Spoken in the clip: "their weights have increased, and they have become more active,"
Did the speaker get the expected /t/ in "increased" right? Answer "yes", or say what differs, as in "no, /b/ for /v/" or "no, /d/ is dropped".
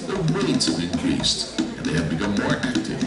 yes